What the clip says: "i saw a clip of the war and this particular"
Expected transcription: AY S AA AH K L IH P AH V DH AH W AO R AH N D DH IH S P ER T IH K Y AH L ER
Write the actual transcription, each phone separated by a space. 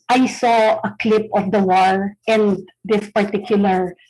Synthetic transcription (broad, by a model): AY S AA AH K L IH P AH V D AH W AO R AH N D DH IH S P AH T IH K Y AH L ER